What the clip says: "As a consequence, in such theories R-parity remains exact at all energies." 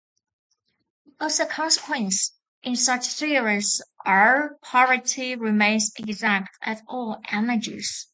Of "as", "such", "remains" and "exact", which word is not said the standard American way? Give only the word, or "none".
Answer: as